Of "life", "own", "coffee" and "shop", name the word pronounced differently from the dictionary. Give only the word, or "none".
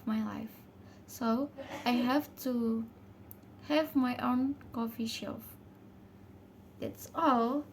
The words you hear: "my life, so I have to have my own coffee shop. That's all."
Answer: shop